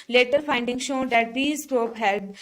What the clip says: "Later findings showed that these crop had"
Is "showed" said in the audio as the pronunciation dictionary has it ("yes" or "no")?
yes